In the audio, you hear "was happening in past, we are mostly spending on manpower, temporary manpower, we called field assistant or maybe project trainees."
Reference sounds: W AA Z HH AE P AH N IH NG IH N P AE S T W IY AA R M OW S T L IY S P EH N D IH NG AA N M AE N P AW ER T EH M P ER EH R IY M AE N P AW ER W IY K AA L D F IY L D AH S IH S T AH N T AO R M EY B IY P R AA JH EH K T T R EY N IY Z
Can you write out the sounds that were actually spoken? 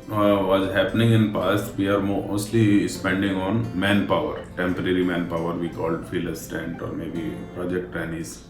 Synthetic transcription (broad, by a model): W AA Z HH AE P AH N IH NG IH N P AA S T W IY AA R M OW S T L IY S P EH N D IH NG AA N M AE N P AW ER T EH M P ER EH R IY M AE N P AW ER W IY K AA L D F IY L AH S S T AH N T AO R M EY B IY P R AA JH EH K T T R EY N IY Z